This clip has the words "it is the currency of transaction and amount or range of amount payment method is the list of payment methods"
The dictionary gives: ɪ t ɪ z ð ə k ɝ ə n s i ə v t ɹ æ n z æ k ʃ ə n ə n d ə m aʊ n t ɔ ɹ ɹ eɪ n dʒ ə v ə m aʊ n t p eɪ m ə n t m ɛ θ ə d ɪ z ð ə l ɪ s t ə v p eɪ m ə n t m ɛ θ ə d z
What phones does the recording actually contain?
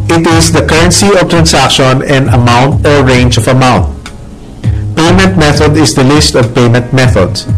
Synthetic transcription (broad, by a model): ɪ t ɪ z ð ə k ɝ ə n s i ə v t ɹ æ n s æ k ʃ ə n ə n d ə m aʊ n t ɔ ɹ ɹ eɪ n dʒ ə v ə m aʊ n t p eɪ m ə n t m ɛ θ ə d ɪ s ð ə l ɪ s t ə v p eɪ m ə n t m ɛ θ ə d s